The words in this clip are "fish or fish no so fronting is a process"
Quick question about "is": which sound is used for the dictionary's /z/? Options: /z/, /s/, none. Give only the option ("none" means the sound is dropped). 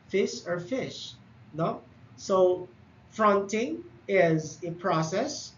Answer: /z/